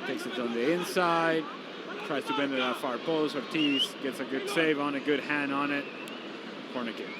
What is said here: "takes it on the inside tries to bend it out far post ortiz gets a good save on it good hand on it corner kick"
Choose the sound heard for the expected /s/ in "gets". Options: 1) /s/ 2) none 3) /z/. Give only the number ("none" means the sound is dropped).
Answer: 1